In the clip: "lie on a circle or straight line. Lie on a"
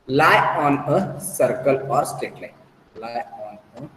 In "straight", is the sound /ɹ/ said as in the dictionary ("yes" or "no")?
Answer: no